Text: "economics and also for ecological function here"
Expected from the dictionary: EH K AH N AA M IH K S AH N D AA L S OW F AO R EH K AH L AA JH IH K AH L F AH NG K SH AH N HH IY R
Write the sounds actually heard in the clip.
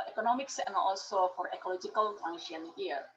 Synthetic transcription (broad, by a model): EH K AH N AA M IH K S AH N AA L S OW F AO R EH K AH L AA JH IH K AH L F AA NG SH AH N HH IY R